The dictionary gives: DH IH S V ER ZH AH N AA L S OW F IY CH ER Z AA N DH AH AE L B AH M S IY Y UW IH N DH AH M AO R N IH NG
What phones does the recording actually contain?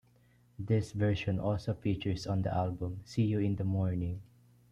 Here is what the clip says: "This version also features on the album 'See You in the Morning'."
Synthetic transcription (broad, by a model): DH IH S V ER SH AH N AA L S OW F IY CH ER S AA N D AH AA L B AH M S IY Y UW IH N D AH M AO R N IH NG